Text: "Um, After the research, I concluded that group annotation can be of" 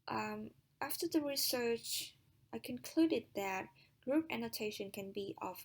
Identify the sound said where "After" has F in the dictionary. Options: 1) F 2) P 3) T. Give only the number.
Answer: 1